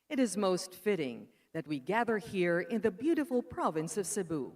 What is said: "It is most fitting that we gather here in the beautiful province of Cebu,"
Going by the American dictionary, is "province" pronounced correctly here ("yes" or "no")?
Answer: yes